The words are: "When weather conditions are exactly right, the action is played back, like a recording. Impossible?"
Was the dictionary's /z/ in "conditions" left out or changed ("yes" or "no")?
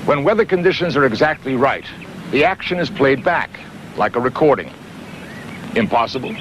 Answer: no